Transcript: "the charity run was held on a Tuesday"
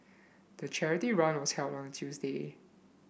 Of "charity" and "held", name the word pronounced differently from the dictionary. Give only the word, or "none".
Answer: held